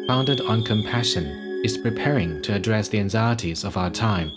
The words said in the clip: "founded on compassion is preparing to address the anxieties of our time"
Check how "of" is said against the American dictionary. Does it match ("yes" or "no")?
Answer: yes